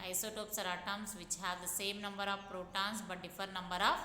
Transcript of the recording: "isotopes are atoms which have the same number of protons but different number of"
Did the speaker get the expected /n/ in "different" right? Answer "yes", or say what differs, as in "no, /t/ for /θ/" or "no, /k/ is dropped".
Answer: no, /n/ is dropped